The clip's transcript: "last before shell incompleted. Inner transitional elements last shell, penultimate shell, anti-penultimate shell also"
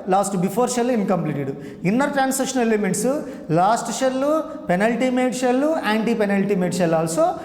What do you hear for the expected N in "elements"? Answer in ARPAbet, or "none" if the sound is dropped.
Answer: none